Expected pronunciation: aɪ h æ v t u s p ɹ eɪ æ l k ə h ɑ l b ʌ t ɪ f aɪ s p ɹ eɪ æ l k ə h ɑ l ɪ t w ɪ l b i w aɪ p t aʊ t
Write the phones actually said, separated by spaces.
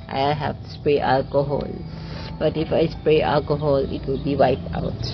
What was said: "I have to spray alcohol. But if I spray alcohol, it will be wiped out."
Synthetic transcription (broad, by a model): aɪ h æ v t u s p ɹ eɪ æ l k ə h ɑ l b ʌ t ɪ f aɪ s p ɹ eɪ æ l k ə h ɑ l ɪ t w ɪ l b i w aɪ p aʊ t